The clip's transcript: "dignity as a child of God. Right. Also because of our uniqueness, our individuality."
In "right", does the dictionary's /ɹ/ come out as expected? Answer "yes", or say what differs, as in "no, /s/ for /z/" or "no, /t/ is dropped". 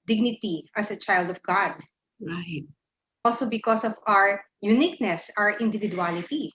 no, /w/ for /ɹ/